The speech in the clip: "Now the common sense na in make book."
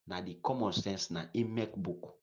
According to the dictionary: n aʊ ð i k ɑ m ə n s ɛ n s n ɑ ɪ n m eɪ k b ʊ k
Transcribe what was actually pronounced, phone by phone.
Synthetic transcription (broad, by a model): n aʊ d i k ɑ m ə n s ɛ n s n ɑ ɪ m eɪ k b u k